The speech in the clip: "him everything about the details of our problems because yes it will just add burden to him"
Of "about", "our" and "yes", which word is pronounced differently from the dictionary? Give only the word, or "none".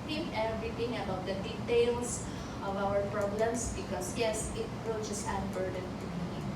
none